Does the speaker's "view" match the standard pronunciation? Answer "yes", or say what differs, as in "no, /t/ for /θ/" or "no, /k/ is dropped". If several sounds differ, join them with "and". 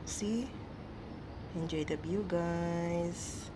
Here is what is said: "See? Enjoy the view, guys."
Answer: no, /b/ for /v/